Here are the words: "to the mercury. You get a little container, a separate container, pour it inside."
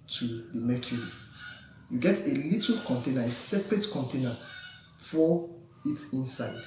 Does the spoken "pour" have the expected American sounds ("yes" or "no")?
no